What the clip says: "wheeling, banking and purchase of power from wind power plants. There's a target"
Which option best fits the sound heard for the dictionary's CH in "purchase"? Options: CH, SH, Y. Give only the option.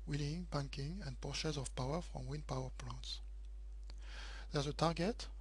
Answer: SH